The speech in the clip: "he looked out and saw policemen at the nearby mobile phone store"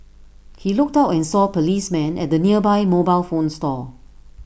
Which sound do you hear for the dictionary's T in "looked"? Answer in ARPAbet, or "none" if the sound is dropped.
T